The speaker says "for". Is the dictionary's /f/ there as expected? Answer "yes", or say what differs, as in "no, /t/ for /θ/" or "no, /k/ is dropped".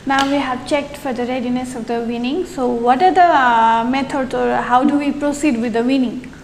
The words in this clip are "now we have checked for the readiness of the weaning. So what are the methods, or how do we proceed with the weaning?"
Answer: yes